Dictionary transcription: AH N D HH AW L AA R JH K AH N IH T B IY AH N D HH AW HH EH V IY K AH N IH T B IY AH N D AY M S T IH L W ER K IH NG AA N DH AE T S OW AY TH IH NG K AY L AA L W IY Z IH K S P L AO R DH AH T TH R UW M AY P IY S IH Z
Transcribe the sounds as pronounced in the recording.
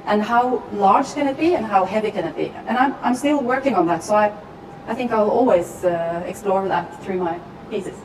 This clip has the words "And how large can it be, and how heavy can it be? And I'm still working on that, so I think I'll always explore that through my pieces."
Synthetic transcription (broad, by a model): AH N HH AW L AA R JH K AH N IH T B IY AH N HH AW HH EH V IY K AH N IH T B IY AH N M AY M S T IH L W ER K IH NG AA N DH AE T S OW AY TH IH NG K AY L AA L W IY Z IH K S P L AO R DH AH T TH R UW M AY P IY S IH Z